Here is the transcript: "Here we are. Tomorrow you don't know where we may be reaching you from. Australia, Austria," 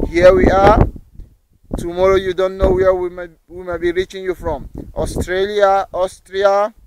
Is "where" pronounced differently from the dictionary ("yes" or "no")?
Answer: yes